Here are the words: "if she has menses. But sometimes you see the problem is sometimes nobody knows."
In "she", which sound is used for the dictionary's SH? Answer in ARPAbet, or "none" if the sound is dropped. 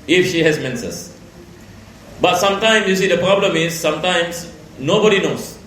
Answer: SH